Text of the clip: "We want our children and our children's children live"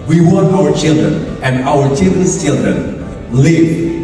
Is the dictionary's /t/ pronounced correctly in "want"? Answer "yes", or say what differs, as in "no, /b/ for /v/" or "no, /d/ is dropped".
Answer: no, /t/ is dropped